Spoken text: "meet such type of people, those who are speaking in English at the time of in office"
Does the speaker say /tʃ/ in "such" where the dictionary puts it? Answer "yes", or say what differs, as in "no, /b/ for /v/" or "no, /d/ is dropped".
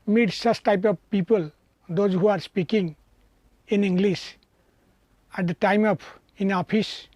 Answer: no, /s/ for /tʃ/